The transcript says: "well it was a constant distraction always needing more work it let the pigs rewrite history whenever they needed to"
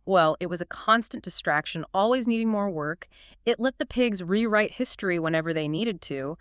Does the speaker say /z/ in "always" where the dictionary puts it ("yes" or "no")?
yes